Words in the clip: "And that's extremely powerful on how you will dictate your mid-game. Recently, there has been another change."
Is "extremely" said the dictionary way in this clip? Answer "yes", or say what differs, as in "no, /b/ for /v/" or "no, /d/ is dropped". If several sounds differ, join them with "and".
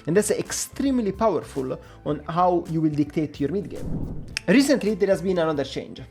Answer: yes